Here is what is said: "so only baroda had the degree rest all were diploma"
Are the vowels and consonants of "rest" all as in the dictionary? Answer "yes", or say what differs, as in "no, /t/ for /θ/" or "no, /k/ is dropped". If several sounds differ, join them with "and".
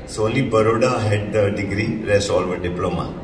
no, /t/ is dropped